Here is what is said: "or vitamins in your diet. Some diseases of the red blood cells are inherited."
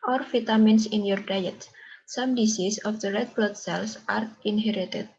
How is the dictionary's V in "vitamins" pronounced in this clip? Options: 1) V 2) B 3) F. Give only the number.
3